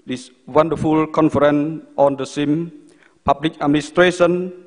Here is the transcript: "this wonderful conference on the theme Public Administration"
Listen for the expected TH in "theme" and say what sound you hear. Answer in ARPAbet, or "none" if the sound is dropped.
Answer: S